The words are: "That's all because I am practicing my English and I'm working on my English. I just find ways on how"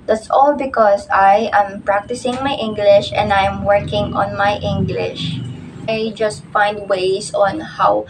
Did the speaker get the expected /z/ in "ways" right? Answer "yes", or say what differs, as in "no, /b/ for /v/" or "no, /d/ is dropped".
no, /s/ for /z/